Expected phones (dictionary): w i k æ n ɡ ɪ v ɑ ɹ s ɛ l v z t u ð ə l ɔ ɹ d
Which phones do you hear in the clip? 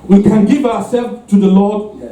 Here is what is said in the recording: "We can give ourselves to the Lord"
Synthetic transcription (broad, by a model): w i k æ n ɡ ɪ v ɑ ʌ s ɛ l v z t u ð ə l ɔ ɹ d